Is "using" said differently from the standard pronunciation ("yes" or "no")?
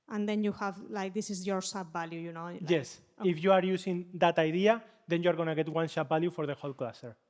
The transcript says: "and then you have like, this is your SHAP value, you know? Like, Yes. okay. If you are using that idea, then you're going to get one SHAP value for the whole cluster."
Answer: yes